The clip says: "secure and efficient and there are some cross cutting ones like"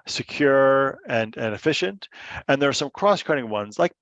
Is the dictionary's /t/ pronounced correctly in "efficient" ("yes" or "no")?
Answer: yes